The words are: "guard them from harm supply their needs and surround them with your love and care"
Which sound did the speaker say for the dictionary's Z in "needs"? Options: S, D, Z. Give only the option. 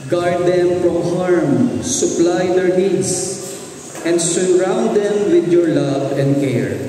S